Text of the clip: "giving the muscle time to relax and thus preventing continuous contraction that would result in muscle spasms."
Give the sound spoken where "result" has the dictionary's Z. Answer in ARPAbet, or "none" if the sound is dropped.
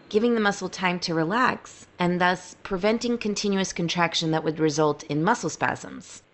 Z